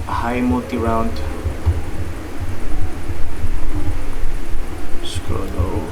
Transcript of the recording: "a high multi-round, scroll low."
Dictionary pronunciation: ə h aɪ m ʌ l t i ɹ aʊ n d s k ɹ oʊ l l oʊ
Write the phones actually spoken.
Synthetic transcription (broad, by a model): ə h aɪ m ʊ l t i ɹ aʊ n d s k oʊ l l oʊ